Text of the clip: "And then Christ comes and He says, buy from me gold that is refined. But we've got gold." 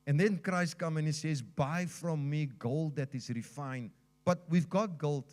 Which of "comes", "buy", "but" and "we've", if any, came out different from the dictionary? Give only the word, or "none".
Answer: comes